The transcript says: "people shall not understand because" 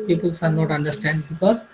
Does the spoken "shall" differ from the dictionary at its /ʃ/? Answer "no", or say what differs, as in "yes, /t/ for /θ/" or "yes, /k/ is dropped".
yes, /s/ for /ʃ/